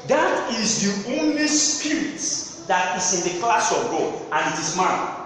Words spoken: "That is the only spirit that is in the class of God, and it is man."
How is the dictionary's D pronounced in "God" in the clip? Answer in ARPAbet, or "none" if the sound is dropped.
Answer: none